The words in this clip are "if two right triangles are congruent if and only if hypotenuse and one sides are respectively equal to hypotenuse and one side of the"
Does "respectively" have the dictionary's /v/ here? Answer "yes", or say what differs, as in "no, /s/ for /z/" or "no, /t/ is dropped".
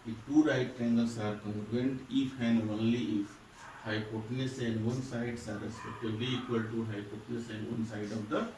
no, /b/ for /v/